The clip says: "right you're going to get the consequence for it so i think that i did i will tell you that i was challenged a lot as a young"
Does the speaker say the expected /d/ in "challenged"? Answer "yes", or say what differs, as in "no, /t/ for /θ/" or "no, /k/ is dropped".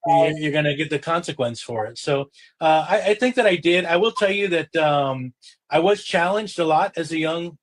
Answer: yes